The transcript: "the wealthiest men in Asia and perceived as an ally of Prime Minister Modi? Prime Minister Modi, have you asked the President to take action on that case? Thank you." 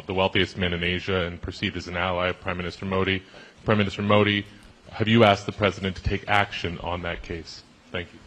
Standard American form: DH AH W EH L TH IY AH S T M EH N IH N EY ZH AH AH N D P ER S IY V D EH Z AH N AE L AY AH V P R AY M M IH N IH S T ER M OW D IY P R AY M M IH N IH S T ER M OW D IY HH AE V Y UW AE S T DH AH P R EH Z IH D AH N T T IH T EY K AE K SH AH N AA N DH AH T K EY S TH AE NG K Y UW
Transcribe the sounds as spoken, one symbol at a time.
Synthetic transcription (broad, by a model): DH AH W EH L TH IY AH S T M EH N IH N EY ZH AH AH N P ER S IY D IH Z N AE L AY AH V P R AY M M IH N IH S T ER M OW D IY P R AY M M IH N IH S T ER M OW D IY HH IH V Y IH AE S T DH AH P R EH Z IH D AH N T T IH T EY K AE K SH AH N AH N DH AH T K EY S TH AE NG K Y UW